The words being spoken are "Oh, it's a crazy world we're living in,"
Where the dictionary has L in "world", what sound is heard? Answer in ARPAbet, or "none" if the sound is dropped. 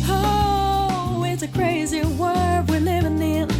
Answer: none